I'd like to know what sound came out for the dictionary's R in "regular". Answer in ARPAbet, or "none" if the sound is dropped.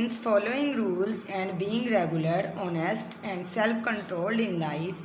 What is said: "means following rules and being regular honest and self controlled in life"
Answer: R